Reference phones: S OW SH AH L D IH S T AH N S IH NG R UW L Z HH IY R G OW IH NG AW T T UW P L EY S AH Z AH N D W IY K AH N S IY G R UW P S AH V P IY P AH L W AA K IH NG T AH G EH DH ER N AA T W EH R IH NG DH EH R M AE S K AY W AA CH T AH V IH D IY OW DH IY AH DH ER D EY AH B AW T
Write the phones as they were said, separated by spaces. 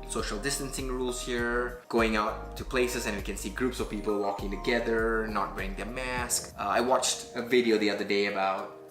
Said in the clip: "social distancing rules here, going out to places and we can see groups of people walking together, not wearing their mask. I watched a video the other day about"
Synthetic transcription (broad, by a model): S OW SH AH L D IH S T AH N S IH NG R UW L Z HH IY R G OW IH NG AW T T UW P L EY S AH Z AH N W IY K AH N S IY G R UW P S AH V P IY P AH L W AA K IH NG T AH G EH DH ER N AA T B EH IH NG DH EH M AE S K AY W AA CH T AH V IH D IY OW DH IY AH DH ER D EY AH B AW T